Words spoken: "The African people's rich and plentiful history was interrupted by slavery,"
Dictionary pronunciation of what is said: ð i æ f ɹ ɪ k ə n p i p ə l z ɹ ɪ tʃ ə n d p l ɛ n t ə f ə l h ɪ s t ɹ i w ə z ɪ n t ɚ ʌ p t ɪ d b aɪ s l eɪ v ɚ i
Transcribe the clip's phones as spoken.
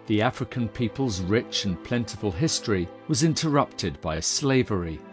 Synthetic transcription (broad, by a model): ð i æ f ɹ ɪ k ə n p i p ə l z ɹ ɪ tʃ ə n p l ɛ n t ə f ə l h ɪ s t ɹ i w ə z ɪ n t ɚ ʌ p t ɪ d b aɪ s l eɪ v ɚ i